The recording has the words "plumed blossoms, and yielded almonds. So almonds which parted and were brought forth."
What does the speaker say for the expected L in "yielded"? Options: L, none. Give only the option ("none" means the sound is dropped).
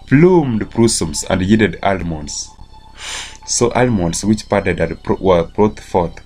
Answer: none